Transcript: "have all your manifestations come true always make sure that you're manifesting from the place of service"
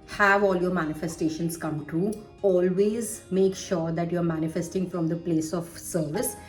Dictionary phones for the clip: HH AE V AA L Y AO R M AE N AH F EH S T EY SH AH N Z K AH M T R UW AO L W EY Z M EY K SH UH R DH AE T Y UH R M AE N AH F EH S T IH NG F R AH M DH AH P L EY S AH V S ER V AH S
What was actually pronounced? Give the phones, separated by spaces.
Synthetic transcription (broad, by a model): HH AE V AA L Y AO R M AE N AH F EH S T EY SH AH N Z K AH M T UW AO L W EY Z M EY K SH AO R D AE T Y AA R M AE N AH F EH S T IH NG F R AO M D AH P L EY S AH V S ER V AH S